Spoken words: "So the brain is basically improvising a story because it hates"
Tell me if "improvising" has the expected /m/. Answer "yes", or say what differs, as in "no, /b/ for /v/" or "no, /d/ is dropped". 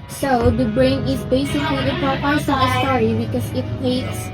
no, /m/ is dropped